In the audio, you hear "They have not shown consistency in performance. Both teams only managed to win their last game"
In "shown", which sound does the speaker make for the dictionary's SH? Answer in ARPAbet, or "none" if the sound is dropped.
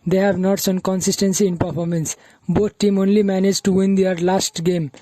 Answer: S